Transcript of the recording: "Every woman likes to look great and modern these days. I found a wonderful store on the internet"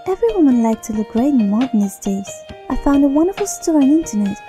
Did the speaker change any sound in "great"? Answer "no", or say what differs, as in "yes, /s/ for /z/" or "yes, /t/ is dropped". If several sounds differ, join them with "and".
yes, /t/ is dropped